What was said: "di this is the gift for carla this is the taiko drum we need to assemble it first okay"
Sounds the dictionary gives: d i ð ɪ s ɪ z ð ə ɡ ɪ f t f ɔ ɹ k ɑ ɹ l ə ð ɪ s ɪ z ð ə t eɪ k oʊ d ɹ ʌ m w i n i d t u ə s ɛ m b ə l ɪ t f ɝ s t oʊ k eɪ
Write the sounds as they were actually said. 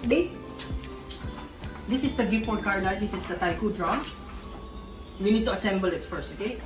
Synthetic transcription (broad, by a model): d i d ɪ s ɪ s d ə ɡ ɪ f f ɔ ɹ k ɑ ɹ n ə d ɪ s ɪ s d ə t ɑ k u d ɹ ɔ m w i n i d t u ə s ɛ m b ə l ɪ t f ɝ s t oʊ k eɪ